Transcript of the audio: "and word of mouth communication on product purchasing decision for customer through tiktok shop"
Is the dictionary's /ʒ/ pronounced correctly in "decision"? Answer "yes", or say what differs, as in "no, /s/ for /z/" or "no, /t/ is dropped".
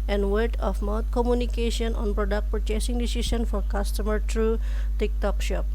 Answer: no, /ʃ/ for /ʒ/